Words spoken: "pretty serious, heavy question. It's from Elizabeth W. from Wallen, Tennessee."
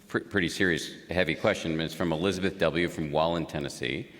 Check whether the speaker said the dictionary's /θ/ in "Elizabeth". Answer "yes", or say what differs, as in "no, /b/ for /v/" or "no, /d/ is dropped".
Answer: yes